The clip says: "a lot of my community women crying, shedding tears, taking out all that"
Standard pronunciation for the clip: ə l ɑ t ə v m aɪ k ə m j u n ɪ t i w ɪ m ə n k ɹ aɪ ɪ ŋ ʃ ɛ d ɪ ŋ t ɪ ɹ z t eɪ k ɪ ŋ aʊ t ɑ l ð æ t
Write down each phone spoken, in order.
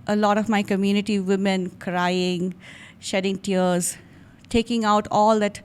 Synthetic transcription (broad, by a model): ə l ɑ t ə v m aɪ k ə m j u n ɪ t i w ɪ m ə n k ɹ aɪ ɪ ŋ ʃ ɛ d ɪ ŋ t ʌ ɹ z t eɪ k ɪ ŋ aʊ t ɑ l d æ t